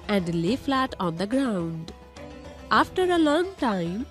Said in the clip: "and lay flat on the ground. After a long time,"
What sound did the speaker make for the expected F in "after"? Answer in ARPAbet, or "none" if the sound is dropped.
F